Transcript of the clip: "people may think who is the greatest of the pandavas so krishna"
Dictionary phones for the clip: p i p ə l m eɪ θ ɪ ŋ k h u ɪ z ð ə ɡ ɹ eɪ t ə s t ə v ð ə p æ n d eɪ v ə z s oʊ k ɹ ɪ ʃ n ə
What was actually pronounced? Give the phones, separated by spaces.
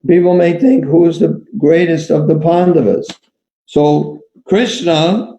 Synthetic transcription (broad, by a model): p i p l m eɪ θ ɪ ŋ k h u ɪ z ð ə ɡ ɹ eɪ t ə s t ə v ð ə p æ n d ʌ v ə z s oʊ k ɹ ɪ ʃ n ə